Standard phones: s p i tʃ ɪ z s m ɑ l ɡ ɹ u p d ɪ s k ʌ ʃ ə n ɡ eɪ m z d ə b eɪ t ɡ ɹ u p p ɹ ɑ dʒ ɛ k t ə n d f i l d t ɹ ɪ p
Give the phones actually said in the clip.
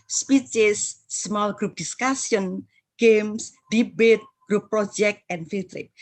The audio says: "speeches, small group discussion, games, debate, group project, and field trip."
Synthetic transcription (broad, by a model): s p i tʃ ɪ s m ɑ l ɡ ɹ u p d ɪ s k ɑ s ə n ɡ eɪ m s d ə b eɪ t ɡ ɹ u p p ɹ ɑ dʒ ɛ k t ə n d f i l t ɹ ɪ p